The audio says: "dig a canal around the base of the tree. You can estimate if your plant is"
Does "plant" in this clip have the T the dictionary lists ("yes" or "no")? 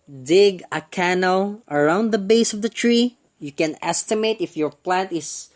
yes